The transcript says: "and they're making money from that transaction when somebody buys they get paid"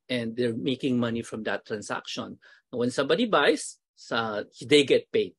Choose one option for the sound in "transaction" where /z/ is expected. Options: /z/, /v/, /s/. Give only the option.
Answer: /s/